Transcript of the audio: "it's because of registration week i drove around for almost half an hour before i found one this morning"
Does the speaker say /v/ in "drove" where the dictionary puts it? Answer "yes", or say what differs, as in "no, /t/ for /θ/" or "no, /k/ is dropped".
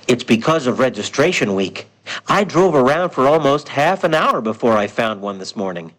yes